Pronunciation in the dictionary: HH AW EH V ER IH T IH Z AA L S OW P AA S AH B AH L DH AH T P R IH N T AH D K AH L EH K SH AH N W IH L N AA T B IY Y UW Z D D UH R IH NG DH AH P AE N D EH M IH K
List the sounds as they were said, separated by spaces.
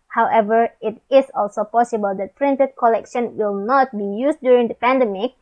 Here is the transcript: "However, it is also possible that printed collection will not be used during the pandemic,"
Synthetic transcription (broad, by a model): HH AW EH V ER IH T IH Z AA L S OW P AA S AH B AH L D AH T P R IH N T AH D K AH L EH K SH AH N W IH L N AA T B IY Y UW S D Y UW R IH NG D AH P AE N D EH M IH K